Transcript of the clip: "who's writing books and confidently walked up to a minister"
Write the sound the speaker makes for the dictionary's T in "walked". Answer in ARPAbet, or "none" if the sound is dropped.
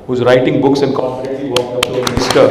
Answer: none